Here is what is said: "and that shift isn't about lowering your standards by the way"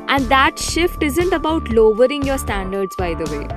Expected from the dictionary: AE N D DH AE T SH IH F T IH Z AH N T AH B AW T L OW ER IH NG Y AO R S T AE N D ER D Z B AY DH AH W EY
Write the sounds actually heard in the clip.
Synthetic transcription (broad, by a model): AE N D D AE T SH IH F T IH Z AH N T AH B AW T L OW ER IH NG Y AO R S T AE N D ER D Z B AY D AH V EY